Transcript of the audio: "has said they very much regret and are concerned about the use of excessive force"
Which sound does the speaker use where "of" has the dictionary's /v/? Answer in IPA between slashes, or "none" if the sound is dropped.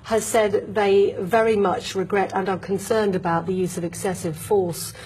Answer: /v/